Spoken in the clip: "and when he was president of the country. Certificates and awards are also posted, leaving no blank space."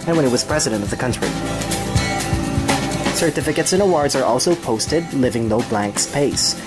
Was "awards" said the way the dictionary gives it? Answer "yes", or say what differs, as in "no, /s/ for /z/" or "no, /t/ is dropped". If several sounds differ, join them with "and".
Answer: yes